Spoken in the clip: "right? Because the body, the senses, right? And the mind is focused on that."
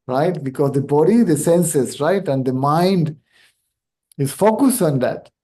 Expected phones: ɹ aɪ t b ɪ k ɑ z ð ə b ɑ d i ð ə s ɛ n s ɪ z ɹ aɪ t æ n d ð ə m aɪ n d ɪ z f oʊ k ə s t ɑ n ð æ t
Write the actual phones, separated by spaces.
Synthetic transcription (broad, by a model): ɹ aɪ t b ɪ k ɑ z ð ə b ɑ d i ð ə s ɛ n s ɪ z ɹ aɪ t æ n d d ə m aɪ n d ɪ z f oʊ k ə s t ɑ n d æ t